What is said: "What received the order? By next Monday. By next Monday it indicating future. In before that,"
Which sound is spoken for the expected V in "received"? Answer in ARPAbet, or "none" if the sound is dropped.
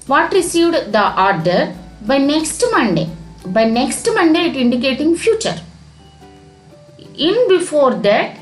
V